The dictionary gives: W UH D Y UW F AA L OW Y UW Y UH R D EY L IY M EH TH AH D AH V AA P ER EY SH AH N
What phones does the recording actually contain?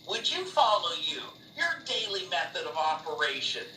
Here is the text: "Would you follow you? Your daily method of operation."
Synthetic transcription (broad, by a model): W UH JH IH F AA L OW Y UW Y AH R D EY L IY M EH TH AH D AH V AA P ER EY SH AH N